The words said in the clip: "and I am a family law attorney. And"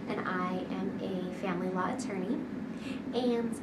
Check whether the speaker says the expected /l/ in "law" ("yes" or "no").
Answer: yes